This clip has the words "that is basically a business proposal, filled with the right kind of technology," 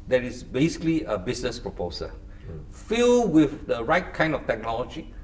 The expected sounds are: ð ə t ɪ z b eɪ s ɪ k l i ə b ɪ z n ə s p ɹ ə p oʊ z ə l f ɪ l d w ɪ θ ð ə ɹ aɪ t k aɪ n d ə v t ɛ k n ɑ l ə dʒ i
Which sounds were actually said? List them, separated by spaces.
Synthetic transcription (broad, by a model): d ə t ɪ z b eɪ s ɪ k l i ə b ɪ s n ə s p ɹ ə p oʊ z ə f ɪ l w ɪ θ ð ə ɹ aɪ t k aɪ n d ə f t ɛ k n ɑ l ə dʒ i